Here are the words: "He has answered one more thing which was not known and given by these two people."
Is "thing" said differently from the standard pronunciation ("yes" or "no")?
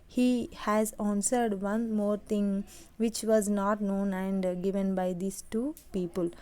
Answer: yes